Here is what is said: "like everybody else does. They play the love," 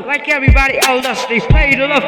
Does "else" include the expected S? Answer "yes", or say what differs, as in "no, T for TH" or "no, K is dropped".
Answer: no, S is dropped